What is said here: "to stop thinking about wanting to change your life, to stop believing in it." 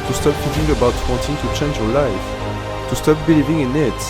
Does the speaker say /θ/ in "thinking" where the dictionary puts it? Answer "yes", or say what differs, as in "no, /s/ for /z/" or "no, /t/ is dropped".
no, /t/ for /θ/